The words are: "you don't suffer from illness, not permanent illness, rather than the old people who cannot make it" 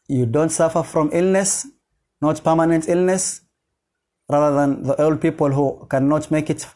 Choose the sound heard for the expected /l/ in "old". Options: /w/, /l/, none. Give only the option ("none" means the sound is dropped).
/l/